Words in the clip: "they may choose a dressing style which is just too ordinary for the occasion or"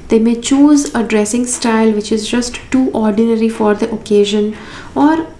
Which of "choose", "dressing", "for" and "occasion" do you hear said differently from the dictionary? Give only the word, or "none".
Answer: none